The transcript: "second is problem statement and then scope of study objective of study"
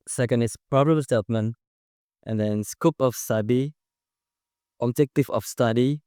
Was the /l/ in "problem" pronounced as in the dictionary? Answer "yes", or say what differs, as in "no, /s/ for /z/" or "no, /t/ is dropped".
no, /l/ is dropped